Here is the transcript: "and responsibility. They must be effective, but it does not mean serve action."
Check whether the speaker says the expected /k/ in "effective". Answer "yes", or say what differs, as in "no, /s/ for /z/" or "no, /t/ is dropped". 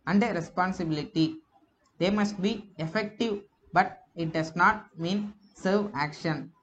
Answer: yes